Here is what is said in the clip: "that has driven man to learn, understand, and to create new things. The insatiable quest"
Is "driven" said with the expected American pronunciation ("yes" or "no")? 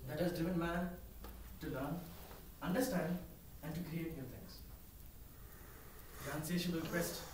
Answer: no